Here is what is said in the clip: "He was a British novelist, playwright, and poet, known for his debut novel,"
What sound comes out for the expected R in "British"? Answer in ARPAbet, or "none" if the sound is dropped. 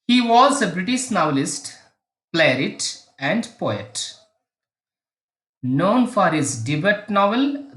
R